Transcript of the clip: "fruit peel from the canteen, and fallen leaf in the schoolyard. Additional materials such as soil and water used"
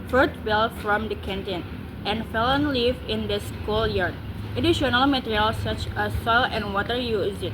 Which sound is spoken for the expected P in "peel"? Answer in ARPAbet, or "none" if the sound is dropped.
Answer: B